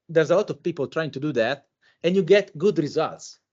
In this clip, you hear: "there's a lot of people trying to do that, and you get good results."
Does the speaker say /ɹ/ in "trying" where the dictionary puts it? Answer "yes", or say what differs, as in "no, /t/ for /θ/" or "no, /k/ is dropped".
yes